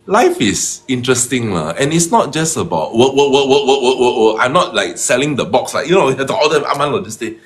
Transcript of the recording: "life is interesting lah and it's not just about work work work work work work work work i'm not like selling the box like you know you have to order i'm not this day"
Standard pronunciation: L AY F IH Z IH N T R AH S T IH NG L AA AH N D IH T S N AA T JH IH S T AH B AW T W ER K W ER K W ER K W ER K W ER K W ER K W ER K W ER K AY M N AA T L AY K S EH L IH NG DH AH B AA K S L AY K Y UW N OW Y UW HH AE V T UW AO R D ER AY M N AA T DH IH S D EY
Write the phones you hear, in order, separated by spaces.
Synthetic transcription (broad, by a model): L AY F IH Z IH N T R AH S T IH NG L AA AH N IH T S N AA T JH IH S T AH B AW T W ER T W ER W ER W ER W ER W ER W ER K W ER AY M N AA T L AY K S EH L IH NG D AH B AA K S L AY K Y UW N OW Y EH T UW AO L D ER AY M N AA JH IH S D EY